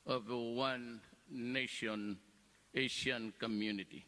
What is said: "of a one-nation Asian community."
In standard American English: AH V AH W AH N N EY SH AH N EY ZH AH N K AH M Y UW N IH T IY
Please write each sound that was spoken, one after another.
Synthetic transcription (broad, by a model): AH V AH W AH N N EY SH AH N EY SH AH N K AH M Y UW N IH T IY